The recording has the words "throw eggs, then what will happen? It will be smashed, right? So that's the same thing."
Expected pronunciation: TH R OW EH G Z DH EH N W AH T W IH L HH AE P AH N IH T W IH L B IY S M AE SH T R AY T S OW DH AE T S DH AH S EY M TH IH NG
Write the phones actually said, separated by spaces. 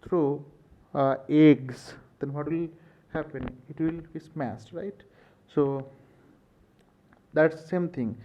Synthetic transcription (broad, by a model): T R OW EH G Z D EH N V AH T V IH L HH AE P AH N IH T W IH L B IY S M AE S T R AY T S OW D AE T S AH S EY M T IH NG